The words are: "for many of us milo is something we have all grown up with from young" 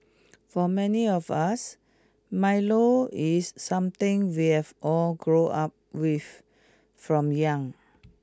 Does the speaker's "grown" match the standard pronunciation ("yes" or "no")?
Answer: no